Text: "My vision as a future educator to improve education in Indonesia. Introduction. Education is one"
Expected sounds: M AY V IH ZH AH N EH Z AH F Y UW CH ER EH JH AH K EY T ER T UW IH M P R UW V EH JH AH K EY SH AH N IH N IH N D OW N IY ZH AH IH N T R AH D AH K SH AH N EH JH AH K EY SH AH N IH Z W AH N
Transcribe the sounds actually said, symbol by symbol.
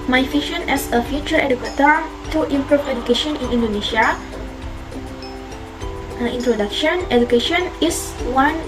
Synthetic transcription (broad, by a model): M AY F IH SH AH N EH S AH F Y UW CH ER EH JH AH K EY T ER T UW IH M P R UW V EH JH AH K EY SH AH N IH N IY N D OW N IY SH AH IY N T R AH D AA K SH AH N EH JH AH K EY SH AH N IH S W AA N